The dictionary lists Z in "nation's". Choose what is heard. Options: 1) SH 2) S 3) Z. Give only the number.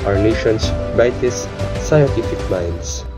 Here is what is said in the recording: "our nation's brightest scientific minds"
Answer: 2